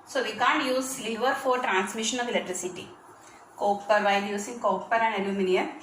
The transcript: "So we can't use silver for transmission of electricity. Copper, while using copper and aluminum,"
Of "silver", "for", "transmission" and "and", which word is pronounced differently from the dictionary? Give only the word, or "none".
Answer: silver